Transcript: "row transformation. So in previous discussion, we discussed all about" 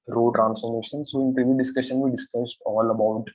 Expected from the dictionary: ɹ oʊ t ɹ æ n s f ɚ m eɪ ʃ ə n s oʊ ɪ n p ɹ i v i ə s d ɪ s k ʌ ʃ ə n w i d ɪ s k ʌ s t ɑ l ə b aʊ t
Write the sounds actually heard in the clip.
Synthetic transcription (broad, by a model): ɹ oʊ t ɹ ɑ n s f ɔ m eɪ ʃ ə n s oʊ ɪ n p ɹ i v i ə d ɪ s k ʌ ʃ ə n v i d ɪ s k ʌ s t ɑ l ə b aʊ t